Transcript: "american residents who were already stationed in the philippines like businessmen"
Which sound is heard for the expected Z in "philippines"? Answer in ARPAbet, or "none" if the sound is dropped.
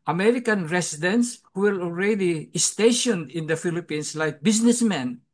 S